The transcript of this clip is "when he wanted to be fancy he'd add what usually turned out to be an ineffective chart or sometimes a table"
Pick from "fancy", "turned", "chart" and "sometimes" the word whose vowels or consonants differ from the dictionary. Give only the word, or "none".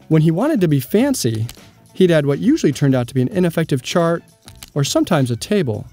none